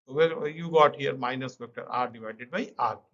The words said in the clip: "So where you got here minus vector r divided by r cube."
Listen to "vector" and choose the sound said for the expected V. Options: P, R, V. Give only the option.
P